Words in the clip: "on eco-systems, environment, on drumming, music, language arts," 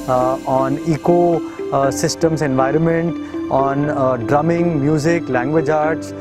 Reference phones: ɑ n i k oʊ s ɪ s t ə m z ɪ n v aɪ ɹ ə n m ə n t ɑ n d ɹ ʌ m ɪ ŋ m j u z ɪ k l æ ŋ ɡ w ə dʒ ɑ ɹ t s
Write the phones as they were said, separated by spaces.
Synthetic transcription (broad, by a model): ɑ n i k oʊ s ɪ s t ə m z ɪ n v aɪ ɹ ə n m ə n t ɑ n d ɹ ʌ m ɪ ŋ m j u z ɪ k l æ ŋ ɡ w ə dʒ ɑ ɹ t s